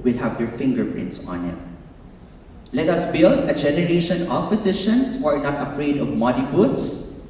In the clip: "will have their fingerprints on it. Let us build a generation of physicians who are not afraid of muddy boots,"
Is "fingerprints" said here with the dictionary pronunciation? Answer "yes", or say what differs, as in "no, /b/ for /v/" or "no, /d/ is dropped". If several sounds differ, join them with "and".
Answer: yes